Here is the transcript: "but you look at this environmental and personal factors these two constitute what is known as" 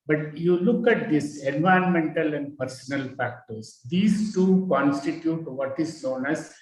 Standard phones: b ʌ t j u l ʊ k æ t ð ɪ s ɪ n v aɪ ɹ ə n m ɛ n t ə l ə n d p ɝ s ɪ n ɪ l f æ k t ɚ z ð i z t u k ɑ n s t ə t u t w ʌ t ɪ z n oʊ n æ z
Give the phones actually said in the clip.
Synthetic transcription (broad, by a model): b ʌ t j u l ʊ k æ t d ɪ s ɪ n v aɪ ə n m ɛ n t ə l ə n d p ɝ s ɪ n ɪ l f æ k t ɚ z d i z t u k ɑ n s t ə t u t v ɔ t ɪ z n oʊ n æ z